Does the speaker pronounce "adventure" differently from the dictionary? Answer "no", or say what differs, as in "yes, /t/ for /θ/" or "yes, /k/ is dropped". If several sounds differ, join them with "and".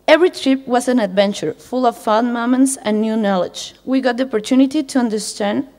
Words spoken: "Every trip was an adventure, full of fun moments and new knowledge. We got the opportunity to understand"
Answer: no